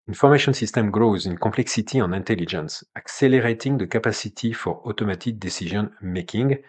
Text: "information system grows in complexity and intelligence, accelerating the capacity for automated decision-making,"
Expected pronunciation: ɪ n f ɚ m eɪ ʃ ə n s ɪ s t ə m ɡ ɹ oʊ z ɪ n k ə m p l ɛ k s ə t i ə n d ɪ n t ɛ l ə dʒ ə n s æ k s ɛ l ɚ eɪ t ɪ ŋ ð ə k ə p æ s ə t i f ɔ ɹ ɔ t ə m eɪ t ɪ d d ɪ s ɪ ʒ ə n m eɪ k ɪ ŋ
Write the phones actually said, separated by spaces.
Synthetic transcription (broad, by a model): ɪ n f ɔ m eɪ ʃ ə n s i s t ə m ɡ ɹ oʊ z ɪ n k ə p l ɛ k s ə t i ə n ɪ n t ɛ l ə dʒ ə n s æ k s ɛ l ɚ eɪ t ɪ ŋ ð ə k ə p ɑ s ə t i f ɔ ɹ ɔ t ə m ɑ t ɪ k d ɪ s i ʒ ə n m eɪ k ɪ ŋ